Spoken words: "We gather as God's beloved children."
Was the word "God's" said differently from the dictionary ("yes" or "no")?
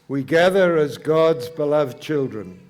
no